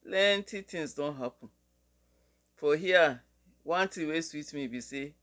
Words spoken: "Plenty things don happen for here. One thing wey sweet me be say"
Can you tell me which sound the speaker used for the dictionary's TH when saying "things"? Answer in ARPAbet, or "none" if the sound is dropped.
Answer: T